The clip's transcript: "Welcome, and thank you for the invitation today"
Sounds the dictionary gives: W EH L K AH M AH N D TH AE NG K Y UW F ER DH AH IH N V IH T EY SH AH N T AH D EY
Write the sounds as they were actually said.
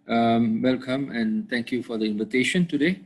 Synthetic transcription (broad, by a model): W EH L K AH M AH N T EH NG K Y UW F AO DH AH IH N V IH T EY SH AH N T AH D EY